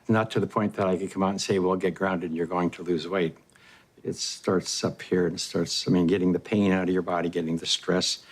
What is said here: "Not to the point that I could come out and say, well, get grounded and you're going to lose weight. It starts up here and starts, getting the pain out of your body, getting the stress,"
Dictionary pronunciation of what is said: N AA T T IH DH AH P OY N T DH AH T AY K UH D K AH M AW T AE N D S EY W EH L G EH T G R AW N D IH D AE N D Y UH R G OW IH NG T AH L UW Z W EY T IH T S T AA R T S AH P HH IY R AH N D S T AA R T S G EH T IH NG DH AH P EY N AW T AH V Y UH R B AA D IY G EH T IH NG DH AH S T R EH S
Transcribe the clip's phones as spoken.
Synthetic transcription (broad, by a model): N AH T T IH DH AH P OY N DH AH T AY K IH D K AH M AW T N S EY W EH L G EH T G R AW N D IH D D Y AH R G OW IH NG T AH L UW Z W EY T IH T S T AA R T S AH P HH IY R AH N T S T AA R T S G EH T IH NG DH AH P EY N AW T AH V Y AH R B AA D IY G EH T IH NG DH AH S T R EH S